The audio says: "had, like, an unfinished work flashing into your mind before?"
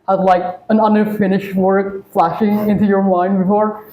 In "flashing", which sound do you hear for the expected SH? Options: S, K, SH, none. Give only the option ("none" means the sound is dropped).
SH